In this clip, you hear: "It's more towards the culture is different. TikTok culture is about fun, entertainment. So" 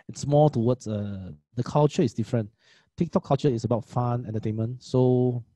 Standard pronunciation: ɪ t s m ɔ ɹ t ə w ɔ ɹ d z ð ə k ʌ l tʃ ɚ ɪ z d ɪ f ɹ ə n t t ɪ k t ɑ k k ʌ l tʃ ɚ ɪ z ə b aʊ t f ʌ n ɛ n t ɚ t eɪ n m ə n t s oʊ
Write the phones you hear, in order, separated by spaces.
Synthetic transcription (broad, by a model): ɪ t s m ɔ l t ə w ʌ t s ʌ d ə k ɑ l tʃ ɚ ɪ s d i f ɹ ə n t t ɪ k t ɑ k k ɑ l tʃ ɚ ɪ s ə b aʊ t f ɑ n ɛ n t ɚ t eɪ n m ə n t s oʊ